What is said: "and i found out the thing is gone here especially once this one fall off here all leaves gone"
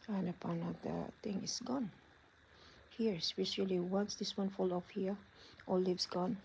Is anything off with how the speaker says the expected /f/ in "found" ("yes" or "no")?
yes